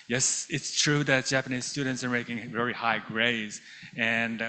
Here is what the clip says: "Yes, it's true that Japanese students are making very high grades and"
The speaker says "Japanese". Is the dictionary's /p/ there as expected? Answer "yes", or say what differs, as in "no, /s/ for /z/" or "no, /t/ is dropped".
yes